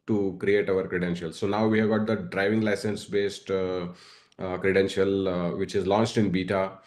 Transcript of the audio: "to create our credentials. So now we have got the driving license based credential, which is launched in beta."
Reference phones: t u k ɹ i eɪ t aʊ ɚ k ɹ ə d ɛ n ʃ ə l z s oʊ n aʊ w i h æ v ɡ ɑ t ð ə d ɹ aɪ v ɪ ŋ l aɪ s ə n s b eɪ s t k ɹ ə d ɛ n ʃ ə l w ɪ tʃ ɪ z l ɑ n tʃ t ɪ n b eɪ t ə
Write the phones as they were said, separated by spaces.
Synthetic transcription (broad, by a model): t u k ɹ i eɪ t aʊ ɚ k ɹ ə d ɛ n ʃ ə l s oʊ n aʊ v i h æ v ɡ ɑ t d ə d ɹ aɪ v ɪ ŋ l aɪ s ə n s b eɪ s t k ɹ ə d ɛ n ʃ ə l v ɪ tʃ ɪ z l ɑ n tʃ t ɪ n b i t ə